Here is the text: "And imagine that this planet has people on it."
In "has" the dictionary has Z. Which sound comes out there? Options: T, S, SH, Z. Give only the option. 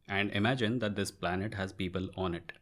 Z